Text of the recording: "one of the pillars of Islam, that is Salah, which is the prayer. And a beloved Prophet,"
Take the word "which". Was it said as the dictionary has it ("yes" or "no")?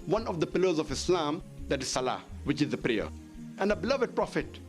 yes